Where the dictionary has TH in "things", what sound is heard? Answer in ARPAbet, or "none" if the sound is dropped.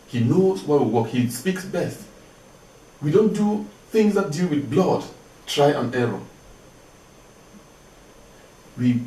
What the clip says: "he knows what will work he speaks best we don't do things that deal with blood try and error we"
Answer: TH